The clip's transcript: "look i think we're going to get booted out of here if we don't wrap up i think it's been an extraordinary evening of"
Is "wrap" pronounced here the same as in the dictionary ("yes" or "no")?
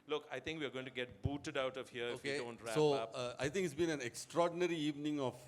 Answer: no